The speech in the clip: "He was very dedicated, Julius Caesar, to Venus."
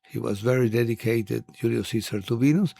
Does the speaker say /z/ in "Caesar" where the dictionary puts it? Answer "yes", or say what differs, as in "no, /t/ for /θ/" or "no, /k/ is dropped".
no, /s/ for /z/